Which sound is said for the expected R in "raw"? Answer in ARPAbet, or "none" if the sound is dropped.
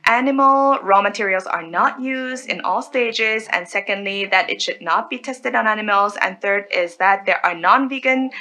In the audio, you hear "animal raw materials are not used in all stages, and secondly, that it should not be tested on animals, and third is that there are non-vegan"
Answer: R